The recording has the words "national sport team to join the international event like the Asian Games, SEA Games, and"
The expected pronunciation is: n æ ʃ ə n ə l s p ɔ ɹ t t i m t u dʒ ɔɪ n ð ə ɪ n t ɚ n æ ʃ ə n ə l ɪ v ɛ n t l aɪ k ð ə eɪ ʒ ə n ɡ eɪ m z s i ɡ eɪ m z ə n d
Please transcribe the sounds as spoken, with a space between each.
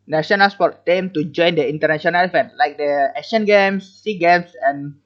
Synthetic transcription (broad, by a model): n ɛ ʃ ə n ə l s p ɔ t t i m t u dʒ ɔɪ n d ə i n t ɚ n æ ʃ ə n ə l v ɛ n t l aɪ k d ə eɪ ʃ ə n ɡ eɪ m s i ɡ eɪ m s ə n